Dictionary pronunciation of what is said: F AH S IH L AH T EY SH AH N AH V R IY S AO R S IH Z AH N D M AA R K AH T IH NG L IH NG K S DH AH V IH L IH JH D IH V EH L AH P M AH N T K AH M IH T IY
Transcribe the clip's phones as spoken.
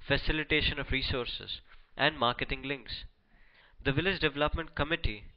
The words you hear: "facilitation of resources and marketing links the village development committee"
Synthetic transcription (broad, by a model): F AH S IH L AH T EY SH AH N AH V R IY S AO R S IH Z AH N D M AA R K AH T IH NG L IH NG K S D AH V IH L IH JH D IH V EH L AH P M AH N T K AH M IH T IY